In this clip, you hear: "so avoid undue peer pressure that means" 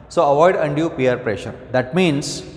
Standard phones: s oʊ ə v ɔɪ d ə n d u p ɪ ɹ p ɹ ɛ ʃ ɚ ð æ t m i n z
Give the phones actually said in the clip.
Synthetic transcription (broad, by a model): s oʊ ə v ɔɪ d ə n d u p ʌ ɹ p ɹ ɛ ʃ ɚ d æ t m i n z